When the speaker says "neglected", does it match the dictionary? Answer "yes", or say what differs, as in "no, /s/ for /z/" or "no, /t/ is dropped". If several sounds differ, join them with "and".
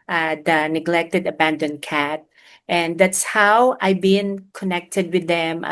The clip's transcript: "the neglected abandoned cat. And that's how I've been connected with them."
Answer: yes